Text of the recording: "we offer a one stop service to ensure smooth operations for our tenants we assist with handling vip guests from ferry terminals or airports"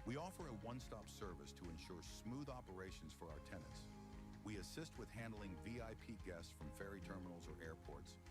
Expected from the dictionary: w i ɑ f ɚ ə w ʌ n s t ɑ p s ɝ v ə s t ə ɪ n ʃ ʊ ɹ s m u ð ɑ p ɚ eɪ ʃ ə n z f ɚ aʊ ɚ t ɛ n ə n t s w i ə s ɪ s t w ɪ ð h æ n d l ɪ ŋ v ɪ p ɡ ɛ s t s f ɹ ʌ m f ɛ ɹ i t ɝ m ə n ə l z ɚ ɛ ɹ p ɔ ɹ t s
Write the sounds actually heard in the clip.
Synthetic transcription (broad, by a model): w i ɑ f ɚ ə w ʌ n s t ɑ p s ɝ v ə s t ə ɪ n ʃ ʊ ɹ s m u ð ɑ p ɚ eɪ ʃ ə n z f ɚ aʊ ɚ t ɛ n ə n t s w i ə s ɪ s t w ɪ ð h æ n d l ɪ ŋ v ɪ p ɡ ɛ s s f ɹ ʌ m f ɛ ɹ i t ɝ m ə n l z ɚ ɛ ɹ p ɔ ɹ t s